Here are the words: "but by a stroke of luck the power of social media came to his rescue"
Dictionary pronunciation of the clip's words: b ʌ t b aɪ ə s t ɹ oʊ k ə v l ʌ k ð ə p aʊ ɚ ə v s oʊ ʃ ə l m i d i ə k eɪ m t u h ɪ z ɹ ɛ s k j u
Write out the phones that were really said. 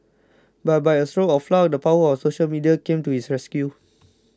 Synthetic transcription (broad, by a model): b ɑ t b aɪ ə s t ɹ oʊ ə f l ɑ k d ə p aʊ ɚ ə f s oʊ ʃ ə l m i d i ə k eɪ m t u h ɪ s ɹ ɛ s k j u